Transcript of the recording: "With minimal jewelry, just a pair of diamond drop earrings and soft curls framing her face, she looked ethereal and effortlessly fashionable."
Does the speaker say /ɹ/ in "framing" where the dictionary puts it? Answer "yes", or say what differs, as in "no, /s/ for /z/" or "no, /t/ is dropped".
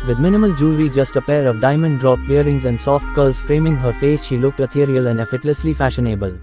yes